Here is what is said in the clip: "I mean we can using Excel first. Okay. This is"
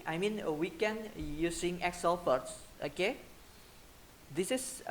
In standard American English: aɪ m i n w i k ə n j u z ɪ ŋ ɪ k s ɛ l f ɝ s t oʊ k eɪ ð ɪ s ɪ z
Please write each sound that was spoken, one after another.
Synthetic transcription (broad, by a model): aɪ m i n w i k ə n j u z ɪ ŋ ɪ k s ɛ l p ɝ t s oʊ k eɪ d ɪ s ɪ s